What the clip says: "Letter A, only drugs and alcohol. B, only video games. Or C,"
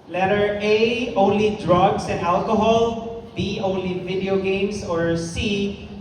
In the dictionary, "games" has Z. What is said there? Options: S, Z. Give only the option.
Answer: S